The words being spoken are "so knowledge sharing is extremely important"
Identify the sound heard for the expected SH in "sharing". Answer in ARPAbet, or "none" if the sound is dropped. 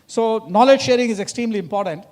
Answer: SH